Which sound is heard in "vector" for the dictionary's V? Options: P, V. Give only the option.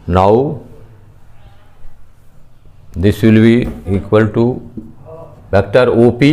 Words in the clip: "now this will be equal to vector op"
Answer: P